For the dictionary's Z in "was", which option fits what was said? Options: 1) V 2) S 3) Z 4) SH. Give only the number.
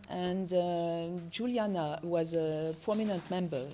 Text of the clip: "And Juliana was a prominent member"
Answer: 3